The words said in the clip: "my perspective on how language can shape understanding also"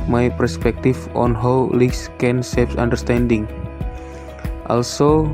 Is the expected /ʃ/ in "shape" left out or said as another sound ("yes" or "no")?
yes